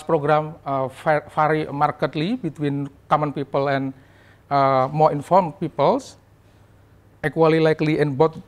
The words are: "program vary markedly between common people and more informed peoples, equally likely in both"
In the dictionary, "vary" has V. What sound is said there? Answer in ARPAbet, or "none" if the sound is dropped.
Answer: F